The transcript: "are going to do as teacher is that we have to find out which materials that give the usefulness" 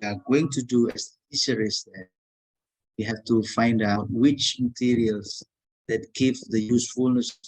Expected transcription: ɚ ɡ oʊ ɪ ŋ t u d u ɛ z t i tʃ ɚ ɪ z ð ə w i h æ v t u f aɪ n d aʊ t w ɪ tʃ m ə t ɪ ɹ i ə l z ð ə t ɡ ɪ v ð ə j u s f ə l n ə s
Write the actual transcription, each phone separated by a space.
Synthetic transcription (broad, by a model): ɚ ɡ oʊ ɪ ŋ t u d u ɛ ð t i s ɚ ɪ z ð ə w i h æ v t u f aɪ n d aʊ t w ɪ tʃ m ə t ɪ ɹ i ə l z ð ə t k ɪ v ð ə j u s f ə l n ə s